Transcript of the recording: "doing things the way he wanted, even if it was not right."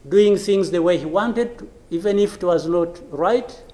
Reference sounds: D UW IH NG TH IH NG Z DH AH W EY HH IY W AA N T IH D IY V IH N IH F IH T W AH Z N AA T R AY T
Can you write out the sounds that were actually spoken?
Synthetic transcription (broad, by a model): D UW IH NG TH IH NG Z DH AH W EY HH IY W AA N T IH D IY V IH N IH F IH T W AH Z N AA T R AY T